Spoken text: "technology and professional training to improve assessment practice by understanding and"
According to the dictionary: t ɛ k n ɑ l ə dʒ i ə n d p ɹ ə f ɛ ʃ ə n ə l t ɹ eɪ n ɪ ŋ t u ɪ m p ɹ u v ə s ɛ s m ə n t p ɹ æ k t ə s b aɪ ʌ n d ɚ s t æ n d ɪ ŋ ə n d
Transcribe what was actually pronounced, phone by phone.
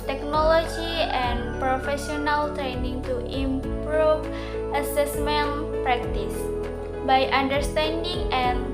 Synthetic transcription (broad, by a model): t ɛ k n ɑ l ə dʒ i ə n p ɹ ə f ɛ s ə n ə l t ɹ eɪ n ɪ ŋ t u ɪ m p ɹ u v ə s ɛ s m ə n p ɹ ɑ k t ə s b aɪ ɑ n d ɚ s t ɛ n d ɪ ŋ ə n